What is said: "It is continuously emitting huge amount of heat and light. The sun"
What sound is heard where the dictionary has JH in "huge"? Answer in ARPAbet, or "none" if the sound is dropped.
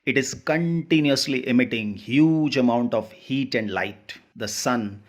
JH